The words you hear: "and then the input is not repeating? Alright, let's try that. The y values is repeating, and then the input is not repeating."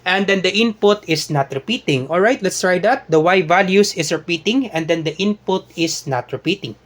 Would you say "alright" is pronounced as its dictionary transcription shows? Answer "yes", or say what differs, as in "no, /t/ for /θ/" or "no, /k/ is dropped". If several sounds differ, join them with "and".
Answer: yes